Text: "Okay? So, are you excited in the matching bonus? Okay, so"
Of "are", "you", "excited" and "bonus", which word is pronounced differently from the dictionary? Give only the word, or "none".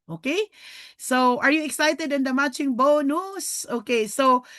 none